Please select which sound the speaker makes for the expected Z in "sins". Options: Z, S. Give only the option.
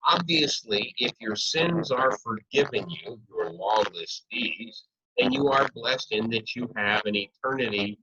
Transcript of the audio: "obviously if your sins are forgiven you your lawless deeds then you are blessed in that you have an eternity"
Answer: Z